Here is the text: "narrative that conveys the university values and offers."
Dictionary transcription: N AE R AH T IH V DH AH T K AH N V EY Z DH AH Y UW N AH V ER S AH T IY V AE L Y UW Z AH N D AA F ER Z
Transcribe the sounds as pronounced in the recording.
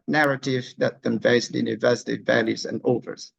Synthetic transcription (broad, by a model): N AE R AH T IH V DH AH T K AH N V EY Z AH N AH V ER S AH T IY V AE L Y UW Z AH N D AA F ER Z